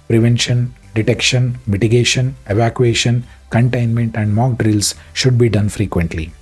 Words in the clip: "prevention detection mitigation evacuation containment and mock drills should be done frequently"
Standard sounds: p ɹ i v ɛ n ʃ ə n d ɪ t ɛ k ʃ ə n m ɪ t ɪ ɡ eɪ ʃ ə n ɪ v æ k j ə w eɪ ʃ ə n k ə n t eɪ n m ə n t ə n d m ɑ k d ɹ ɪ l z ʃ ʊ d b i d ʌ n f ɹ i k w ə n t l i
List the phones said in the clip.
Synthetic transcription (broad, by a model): p ɹ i v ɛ n ʃ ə n d ɪ t ɛ k ʃ ə n m ɪ t ɪ ɡ eɪ ʃ ə n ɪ v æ k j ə eɪ ʃ ə n k ə n t eɪ n m ə n t ə n d m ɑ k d ɹ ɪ l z ʃ ʊ d b i d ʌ n f ɹ i k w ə n t l i